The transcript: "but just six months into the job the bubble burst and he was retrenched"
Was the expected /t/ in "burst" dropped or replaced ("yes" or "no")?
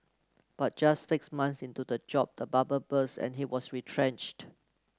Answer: yes